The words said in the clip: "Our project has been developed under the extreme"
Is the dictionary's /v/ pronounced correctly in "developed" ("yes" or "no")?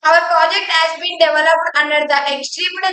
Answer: yes